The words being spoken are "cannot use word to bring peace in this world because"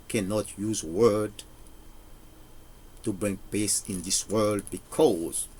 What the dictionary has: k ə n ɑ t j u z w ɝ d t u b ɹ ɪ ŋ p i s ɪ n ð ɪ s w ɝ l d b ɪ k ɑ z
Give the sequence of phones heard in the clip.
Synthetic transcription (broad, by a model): k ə n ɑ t j u z w ɝ d t u b ɹ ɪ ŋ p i s ɪ n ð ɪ s w ɝ l d b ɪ k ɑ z